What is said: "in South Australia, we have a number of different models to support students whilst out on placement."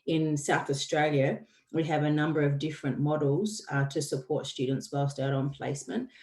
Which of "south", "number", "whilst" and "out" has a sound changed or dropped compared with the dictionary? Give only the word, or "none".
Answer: whilst